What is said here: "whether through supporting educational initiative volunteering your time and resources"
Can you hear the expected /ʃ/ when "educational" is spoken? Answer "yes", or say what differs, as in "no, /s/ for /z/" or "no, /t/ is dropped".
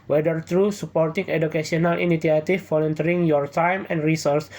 no, /s/ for /ʃ/